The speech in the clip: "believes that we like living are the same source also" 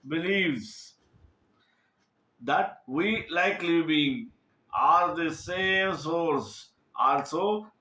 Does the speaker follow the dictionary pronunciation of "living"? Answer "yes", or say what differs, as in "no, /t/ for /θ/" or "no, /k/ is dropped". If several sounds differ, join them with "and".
no, /b/ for /v/